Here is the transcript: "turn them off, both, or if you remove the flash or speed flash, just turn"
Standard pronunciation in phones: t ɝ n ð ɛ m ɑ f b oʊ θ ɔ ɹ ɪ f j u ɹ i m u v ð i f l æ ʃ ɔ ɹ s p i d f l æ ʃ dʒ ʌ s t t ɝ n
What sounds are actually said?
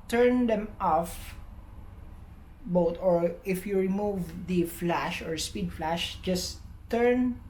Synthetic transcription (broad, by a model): t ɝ n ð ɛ m ɑ f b oʊ t ɔ ɹ ɪ f j u ɹ i m u v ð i f l æ ʃ ɔ ɹ s p i d f l æ ʃ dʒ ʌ s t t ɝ n